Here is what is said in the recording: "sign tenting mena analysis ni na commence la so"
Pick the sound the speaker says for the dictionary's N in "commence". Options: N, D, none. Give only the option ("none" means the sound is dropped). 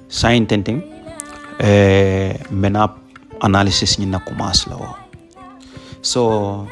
none